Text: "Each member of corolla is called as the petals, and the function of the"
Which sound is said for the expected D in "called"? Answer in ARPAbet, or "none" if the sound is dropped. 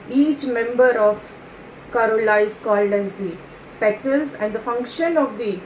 D